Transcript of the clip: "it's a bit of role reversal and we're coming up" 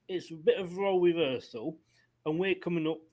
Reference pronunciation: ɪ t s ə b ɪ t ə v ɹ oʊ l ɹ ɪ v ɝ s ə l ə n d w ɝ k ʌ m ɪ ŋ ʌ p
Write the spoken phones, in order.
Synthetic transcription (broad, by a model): ɪ t s ə b ɪ t ə v ɹ oʊ l w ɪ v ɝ s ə l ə n w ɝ k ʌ m ɪ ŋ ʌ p